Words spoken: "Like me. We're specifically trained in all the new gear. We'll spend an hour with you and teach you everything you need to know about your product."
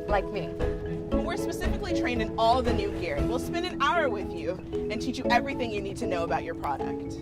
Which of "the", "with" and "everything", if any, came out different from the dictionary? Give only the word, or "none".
none